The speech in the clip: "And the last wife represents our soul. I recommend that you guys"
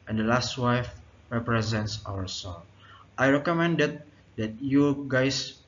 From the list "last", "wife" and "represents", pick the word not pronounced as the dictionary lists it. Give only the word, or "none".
none